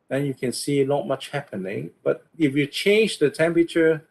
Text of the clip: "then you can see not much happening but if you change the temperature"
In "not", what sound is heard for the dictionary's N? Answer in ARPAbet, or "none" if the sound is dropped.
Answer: L